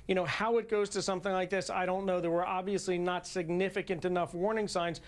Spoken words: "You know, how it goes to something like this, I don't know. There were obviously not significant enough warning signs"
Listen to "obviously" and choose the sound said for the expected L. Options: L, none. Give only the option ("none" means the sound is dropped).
L